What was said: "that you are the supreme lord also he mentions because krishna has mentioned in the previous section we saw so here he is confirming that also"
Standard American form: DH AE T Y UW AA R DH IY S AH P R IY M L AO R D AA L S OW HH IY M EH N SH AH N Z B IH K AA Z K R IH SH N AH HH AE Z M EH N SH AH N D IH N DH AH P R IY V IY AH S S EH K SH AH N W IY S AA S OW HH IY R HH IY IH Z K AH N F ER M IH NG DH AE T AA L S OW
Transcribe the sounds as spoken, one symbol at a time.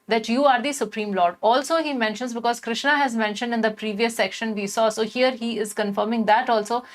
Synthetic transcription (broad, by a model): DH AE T Y UW AA R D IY S AH P R IY M L AO R D AA L S OW HH IY M EH N SH AH N Z B IH K AA Z K R IH SH N AH HH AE Z M EH N SH AH N D IH N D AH P R IY V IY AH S S EH K SH AH N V IY S AA S OW HH IY R HH IY IH Z K AH N F ER M IH NG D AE T AA L S OW